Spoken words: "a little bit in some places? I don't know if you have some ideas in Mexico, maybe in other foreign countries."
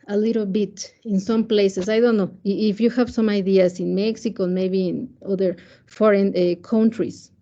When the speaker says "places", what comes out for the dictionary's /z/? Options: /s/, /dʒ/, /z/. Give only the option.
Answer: /s/